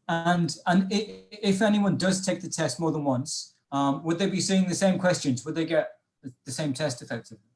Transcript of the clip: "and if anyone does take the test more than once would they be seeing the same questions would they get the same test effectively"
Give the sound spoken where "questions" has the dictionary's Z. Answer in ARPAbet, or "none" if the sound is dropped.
Z